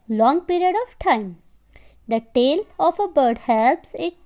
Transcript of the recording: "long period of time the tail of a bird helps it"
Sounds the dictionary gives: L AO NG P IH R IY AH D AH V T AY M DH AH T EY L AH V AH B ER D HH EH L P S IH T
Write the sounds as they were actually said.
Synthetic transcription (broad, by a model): L AO NG P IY R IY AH D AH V T AY M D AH T EY L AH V AH B ER D HH EH L P S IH T